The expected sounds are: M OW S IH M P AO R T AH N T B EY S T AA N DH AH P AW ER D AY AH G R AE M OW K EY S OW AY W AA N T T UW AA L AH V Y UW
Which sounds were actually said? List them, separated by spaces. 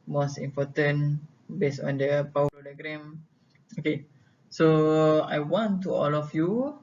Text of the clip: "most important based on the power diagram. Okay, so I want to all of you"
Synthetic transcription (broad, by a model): M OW S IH M P AO T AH N B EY S AA N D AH P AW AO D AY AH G R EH M OW K EY S OW AY W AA N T T UW AA L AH F Y UW